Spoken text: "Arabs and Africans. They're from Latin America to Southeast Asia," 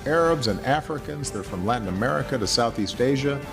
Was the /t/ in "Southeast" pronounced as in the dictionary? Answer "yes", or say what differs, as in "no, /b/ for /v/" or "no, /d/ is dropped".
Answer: yes